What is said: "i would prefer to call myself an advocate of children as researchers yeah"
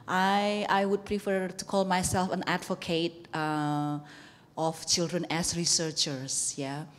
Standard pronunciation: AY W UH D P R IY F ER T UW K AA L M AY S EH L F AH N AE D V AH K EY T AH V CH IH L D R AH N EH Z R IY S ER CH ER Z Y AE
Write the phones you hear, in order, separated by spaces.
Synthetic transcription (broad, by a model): AY W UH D P R IY F ER T UW K AA L M AY S EH L F AH N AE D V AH K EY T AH F CH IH L D R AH N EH S R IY S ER CH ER S Y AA